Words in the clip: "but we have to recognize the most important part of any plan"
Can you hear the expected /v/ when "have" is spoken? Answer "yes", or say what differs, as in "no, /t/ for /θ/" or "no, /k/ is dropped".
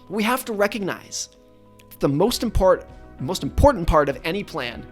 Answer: no, /f/ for /v/